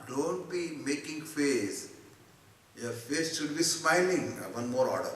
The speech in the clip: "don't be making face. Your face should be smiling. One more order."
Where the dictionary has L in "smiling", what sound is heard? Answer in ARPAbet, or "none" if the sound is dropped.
L